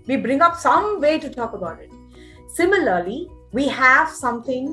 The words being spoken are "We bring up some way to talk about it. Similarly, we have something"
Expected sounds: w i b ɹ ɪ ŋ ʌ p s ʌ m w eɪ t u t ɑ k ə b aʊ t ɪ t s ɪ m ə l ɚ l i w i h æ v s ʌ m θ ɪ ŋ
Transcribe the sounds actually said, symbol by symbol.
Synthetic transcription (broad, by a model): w i b ɹ ɪ ŋ ʌ p s ʌ m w eɪ t u t ɑ k ə b aʊ t ɪ t s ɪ m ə l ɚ l i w i h æ v s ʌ m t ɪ ŋ